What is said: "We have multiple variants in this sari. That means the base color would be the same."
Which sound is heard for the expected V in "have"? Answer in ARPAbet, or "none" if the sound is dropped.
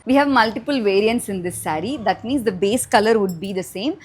V